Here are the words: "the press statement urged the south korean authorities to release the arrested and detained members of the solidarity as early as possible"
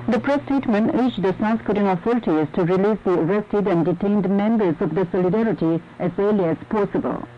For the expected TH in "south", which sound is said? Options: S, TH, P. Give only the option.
S